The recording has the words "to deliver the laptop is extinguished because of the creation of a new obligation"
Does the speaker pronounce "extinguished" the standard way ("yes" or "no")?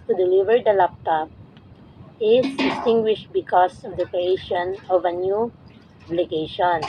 no